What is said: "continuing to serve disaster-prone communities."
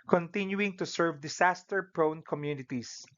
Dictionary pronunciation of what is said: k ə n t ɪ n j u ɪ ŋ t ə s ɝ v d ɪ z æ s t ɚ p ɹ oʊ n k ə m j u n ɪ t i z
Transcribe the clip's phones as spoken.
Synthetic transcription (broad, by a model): k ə n t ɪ n j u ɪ ŋ t ə s ɝ v d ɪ s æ s t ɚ p ɹ oʊ n k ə m j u n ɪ t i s